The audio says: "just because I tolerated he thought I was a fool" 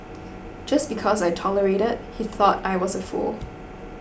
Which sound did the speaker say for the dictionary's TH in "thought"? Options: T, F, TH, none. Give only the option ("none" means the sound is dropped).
TH